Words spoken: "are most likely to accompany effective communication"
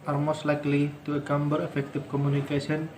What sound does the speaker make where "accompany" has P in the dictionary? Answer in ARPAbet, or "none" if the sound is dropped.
B